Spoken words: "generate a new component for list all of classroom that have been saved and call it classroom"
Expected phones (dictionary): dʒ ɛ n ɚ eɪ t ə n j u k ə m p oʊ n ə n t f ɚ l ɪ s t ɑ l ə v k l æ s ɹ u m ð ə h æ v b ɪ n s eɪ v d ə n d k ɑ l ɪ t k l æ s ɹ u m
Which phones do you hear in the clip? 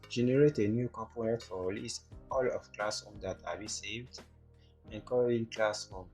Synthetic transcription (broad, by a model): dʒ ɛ n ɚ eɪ t ə n j u k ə m p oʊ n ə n t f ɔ l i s ɑ l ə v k l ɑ s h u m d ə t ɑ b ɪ s eɪ v d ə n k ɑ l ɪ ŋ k l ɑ s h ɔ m